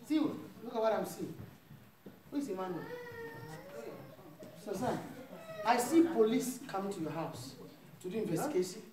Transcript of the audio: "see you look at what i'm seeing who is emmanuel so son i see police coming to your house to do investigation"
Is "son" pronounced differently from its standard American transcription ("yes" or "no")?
yes